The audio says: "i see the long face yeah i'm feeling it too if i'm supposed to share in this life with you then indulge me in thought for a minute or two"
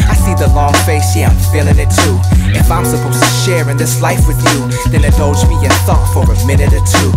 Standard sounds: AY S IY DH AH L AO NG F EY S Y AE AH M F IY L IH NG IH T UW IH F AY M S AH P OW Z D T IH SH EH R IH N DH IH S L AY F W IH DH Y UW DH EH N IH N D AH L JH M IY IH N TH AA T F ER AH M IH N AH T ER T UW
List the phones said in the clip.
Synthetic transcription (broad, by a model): AY S IY DH AH L AO NG F EY S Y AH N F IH L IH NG IH T UW IH F AY M S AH P OW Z T IH SH EH R IH N DH IH S L AY F W IH DH Y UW DH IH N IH D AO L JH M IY IH N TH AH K F ER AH M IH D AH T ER T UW